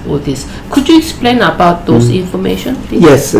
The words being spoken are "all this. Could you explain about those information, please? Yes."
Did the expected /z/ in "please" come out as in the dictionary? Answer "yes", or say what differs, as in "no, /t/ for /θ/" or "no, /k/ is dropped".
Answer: no, /z/ is dropped